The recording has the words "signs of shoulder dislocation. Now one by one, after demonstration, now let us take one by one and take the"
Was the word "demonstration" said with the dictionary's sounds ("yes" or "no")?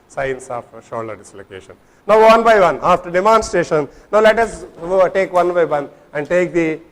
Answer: no